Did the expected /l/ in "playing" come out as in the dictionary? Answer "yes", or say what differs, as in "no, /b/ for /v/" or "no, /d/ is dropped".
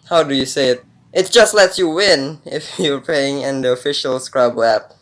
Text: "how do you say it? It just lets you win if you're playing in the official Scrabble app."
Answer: no, /l/ is dropped